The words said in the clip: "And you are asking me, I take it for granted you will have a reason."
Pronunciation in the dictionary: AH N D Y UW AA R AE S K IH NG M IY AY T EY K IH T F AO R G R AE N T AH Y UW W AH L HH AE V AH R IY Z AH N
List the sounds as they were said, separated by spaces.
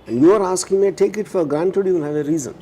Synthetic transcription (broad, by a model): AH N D Y UW AA R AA S K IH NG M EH T EY K IH T F AO R G R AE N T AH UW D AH N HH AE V AH R IY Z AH N